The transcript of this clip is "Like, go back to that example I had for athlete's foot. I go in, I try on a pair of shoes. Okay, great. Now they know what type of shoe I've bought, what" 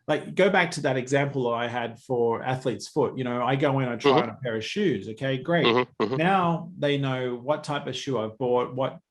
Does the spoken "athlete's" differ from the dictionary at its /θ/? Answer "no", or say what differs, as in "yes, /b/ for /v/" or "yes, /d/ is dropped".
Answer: no